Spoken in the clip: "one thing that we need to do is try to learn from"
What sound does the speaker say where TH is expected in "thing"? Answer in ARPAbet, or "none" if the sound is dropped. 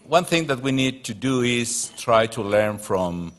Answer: TH